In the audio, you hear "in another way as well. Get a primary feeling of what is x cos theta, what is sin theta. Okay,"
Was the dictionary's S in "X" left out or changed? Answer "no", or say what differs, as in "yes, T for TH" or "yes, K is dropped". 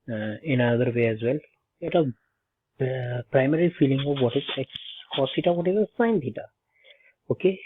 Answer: yes, S is dropped